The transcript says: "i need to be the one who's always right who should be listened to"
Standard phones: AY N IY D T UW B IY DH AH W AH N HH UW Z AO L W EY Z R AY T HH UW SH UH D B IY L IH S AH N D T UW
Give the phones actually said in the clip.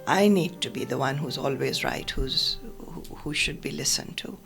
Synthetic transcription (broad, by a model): AY N IY D T UW B IY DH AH W AH N HH UW Z AO L W EY Z R AY T HH UW SH UH D B IY L IH S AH N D T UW